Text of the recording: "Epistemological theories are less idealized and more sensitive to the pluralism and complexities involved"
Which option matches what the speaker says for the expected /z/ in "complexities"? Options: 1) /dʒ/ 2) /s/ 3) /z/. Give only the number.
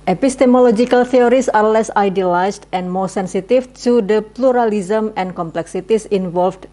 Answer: 2